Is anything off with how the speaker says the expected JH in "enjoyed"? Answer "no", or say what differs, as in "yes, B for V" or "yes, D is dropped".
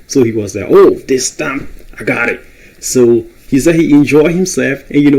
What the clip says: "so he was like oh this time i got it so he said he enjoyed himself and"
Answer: no